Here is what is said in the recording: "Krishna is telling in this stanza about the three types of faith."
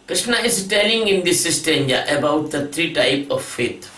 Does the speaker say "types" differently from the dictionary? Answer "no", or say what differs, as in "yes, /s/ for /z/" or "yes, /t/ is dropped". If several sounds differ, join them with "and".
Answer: yes, /s/ is dropped